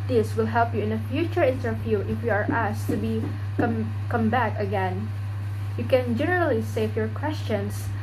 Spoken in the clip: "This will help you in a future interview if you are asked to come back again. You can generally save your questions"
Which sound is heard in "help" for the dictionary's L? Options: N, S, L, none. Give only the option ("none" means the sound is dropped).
L